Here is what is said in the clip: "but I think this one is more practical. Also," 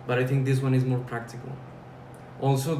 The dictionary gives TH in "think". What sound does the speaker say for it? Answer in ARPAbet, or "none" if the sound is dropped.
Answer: T